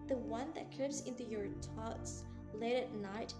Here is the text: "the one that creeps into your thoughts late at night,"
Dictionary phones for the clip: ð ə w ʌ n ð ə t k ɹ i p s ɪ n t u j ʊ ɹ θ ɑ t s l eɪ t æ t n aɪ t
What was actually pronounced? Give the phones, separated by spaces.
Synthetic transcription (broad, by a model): ð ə w ʌ n ð ə t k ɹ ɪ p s ɪ n t u j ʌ ɹ t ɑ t s l eɪ t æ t n aɪ t